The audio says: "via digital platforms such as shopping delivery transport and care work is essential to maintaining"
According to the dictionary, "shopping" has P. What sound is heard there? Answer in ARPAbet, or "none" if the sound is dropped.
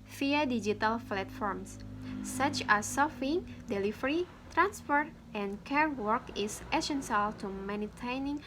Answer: F